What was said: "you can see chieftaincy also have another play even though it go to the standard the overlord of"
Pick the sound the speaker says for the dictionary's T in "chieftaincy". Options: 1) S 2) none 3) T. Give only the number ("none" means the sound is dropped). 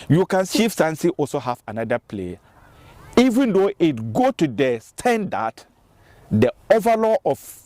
1